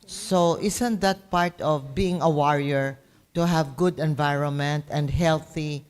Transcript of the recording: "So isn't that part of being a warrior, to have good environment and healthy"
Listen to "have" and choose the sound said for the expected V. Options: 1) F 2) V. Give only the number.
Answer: 2